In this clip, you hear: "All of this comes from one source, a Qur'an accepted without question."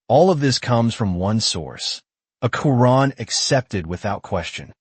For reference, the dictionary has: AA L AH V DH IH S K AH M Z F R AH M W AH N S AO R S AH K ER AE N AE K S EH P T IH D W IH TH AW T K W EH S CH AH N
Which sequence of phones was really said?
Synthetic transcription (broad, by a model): AA L AH V DH IH S K AH M Z F R AH M W AH N S AO R S AH K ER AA N AE K S EH P T IH D W IH TH AW T K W EH S CH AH N